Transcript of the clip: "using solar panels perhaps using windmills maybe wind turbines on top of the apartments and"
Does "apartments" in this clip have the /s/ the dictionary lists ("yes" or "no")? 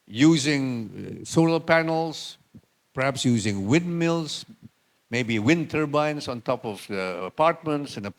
yes